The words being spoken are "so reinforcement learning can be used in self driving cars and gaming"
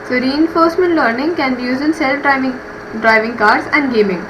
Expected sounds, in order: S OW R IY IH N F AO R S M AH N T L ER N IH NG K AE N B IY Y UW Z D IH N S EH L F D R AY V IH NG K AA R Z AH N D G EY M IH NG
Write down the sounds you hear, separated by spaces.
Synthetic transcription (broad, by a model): S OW R IY IH N F AO R S M AH N T L ER N IH NG K AE N B IY Y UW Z IH N S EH L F D R AY V IH NG K AA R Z AH N D G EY M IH NG